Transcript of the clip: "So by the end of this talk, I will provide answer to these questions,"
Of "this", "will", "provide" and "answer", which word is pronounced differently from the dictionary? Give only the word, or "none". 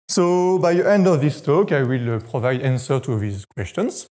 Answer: none